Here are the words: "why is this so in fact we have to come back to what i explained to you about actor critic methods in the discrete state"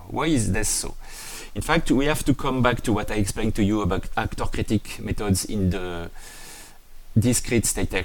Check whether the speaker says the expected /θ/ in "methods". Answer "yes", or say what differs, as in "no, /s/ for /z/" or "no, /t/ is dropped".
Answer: no, /t/ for /θ/